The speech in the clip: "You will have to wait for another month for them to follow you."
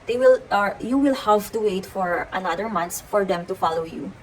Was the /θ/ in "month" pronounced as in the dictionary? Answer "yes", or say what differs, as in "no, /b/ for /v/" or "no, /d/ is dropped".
no, /s/ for /θ/